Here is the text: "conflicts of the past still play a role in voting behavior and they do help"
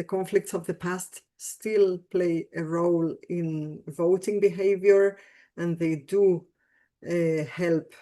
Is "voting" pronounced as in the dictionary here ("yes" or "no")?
yes